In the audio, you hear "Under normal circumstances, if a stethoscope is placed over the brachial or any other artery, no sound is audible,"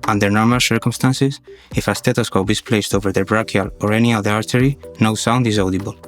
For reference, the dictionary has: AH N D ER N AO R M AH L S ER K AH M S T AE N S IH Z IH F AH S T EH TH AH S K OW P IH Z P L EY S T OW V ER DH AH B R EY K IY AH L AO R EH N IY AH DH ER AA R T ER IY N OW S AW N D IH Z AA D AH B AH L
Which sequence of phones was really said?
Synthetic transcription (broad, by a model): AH N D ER N AO R M AH L S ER K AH M S T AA N S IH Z IH F AH S T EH T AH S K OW B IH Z P L EY S T OW V ER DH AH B R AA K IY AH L AO R EH N IY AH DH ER AA R T ER IY N OW S AW N D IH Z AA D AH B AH L